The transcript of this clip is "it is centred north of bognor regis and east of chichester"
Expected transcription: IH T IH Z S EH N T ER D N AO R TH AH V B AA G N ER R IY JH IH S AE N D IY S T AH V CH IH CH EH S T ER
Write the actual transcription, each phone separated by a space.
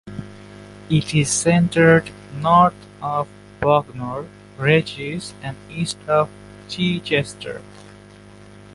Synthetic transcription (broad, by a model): IH T IH Z S EH N T ER D N AO R T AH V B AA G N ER R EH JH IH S AE N D IY S T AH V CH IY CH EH S T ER